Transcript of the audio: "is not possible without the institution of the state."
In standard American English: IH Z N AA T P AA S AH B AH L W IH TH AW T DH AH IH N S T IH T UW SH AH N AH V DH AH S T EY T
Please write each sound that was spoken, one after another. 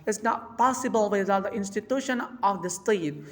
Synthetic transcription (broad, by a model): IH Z N AA T P AA S AH B AH L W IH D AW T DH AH IH N S T IH T UW SH AH N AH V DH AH S T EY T